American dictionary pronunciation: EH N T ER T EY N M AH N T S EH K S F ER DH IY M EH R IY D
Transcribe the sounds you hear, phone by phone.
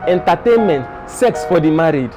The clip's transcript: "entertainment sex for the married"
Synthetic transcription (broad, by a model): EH N T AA T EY N M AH N T S EH K S F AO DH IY M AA R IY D